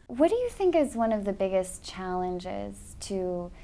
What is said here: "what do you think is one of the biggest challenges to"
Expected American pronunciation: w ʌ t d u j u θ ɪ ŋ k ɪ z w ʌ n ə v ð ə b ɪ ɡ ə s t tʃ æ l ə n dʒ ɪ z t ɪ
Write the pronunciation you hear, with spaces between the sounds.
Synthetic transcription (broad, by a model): w ʌ t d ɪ j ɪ θ ɪ ŋ k ɪ z w ʌ n ə v ð ə b ɪ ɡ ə s tʃ æ l ə n dʒ ɪ z t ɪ